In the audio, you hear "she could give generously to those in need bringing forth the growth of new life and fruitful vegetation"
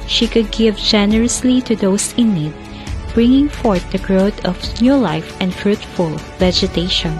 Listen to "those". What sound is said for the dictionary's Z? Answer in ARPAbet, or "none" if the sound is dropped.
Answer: S